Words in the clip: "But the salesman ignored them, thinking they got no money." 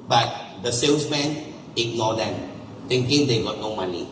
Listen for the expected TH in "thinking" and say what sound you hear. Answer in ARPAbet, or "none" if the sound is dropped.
T